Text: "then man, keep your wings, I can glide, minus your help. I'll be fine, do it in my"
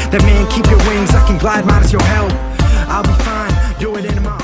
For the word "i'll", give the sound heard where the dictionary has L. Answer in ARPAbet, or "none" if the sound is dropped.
L